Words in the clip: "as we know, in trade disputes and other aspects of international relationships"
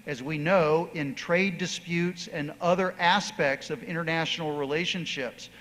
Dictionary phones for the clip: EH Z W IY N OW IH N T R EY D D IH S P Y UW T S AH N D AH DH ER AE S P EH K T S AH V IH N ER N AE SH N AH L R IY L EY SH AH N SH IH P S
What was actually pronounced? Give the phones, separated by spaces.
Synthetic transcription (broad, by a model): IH Z W IY N OW IH N T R EY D D IH S P Y UW T S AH N AH DH ER AE S P EH K T S AH V IH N ER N AE SH N L R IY L EY SH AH N SH IH P S